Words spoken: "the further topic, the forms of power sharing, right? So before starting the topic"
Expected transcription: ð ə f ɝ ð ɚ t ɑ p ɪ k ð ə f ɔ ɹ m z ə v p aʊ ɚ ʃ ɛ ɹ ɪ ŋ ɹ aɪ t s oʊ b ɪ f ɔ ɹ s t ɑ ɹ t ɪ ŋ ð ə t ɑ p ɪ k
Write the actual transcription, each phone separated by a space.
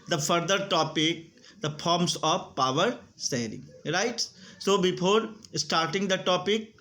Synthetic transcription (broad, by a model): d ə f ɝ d ɚ t ɑ p ɪ k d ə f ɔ ɹ m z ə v p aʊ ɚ s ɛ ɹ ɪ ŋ ɹ aɪ t s oʊ b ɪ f ɔ ɹ s t ɑ ɹ t ɪ ŋ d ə t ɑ p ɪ k